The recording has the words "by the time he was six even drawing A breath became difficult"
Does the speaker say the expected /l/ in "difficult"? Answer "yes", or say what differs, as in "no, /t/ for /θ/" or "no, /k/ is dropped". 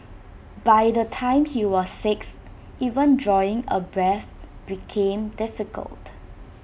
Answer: yes